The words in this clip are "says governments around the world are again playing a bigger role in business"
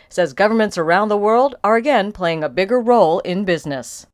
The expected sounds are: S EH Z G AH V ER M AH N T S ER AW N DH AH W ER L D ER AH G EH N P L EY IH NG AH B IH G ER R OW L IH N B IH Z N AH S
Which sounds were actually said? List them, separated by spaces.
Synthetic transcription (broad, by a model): S EH Z G AH V ER M AH N T S ER AW N DH AH W ER L D ER AH G EH N P L EY IH NG AH B IH G ER R OW L IH N B IH Z N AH S